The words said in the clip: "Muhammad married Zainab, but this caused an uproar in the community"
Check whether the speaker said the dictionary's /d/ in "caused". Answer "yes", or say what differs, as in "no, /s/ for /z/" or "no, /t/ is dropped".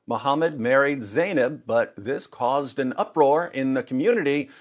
yes